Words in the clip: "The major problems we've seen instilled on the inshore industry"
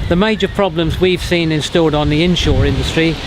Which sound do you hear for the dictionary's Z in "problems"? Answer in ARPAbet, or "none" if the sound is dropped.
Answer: Z